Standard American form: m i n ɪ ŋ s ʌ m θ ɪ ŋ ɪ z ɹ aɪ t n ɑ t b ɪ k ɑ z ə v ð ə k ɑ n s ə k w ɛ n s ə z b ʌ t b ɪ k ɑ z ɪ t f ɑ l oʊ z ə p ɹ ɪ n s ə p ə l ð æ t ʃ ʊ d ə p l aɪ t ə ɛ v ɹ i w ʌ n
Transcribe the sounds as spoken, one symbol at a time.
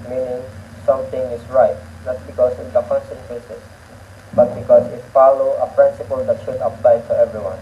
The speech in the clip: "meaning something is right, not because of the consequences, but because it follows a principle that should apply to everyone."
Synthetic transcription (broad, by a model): m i n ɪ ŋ s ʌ m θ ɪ ŋ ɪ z ɹ aɪ t n ɑ t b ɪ k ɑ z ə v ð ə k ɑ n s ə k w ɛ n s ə s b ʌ t b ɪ k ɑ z ɪ t f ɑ l oʊ ə p ɹ ɪ n s ə p ə l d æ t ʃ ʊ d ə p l aɪ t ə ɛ v ɹ i w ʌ n